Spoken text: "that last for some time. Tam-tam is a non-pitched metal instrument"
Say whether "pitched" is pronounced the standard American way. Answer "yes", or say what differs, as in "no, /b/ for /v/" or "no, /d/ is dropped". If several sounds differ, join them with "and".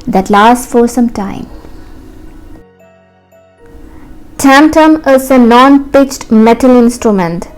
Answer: yes